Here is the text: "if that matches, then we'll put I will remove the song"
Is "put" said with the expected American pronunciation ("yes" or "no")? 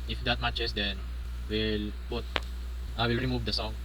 no